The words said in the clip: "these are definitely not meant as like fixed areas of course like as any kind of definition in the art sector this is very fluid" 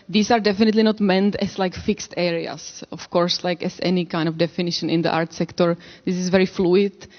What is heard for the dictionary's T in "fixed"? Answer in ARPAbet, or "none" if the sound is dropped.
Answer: T